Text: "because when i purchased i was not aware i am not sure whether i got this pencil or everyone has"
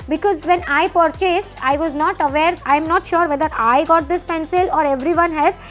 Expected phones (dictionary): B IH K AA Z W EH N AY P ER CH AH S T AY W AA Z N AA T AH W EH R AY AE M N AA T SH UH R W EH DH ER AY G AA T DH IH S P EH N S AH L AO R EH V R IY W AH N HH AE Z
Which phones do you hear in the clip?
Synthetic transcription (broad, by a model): B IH K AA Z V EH N AY P ER CH AH S T AY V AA Z N AA T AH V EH R AY M N AA T SH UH R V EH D ER AY G AA T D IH S P EH N S AH L AO R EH V R IY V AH N HH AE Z